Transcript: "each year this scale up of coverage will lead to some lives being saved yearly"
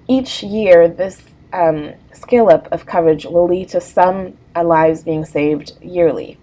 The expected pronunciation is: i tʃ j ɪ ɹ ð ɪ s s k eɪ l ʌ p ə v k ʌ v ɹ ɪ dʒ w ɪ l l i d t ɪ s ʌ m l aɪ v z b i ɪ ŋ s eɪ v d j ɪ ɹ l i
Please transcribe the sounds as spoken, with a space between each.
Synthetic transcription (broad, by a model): i tʃ j ɪ ɹ ð ɪ s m k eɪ l ʌ p ə v k ʌ v ɹ ɪ dʒ w ɪ l l i d t ɪ s ʌ m l aɪ v z b i ɪ ŋ s eɪ v d j ɪ ɹ l i